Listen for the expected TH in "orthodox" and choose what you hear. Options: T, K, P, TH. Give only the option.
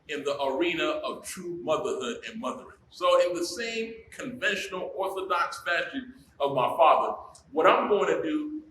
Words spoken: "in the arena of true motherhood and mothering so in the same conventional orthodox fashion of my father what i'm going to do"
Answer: TH